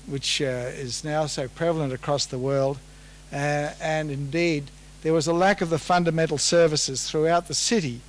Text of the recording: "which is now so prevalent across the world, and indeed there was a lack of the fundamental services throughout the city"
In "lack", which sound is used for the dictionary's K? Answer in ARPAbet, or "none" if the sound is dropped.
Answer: K